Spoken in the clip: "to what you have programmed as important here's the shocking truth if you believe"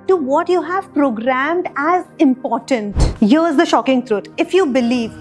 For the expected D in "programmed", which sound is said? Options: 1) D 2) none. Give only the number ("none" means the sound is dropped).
1